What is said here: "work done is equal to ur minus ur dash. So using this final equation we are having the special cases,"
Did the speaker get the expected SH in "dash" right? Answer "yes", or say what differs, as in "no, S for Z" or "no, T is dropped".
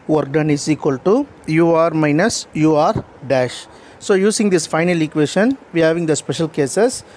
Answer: yes